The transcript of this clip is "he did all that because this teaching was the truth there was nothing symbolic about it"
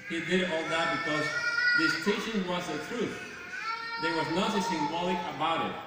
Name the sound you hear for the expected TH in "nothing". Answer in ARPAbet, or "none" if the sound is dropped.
S